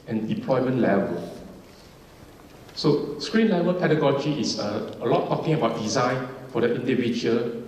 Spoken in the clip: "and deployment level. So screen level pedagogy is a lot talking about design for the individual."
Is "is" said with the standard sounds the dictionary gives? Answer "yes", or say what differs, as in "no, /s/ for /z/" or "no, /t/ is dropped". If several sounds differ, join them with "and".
no, /s/ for /z/